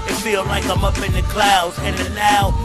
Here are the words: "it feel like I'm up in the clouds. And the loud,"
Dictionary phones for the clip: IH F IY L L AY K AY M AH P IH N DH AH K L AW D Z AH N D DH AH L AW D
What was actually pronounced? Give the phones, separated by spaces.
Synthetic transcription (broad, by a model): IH F IY L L AY K AY M AH P IH N DH AH K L AW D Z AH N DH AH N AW